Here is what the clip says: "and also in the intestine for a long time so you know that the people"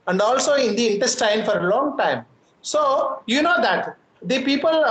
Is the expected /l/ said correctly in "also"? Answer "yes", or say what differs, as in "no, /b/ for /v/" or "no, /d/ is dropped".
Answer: yes